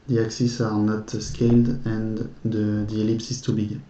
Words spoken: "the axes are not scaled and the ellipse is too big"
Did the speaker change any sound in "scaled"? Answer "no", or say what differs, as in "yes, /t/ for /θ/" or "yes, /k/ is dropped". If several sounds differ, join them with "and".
no